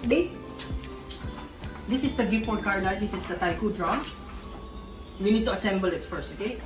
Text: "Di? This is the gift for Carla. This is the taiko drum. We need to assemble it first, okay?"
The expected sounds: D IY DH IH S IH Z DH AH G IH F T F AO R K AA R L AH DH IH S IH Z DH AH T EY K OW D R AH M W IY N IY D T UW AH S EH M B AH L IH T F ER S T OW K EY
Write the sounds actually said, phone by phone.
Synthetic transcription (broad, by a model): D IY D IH S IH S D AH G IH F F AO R K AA R N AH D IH S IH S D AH T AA K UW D R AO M W IY N IY D T UW AH S EH M B AH L IH T F ER S T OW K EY